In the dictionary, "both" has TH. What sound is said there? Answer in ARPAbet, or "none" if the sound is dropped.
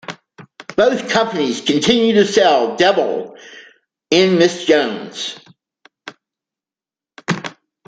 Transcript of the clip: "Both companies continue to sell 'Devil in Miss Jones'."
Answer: TH